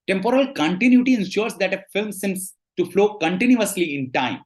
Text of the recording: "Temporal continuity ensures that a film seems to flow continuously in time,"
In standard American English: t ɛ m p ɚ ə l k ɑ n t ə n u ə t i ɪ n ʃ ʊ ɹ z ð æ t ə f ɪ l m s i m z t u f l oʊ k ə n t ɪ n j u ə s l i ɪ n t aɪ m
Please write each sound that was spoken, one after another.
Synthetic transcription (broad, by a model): t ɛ m p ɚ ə l k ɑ n t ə n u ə t i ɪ n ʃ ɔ ɹ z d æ t ə f ɪ l m s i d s t u f l oʊ k ə n t ɪ n j u ə s l i ɪ n t aɪ m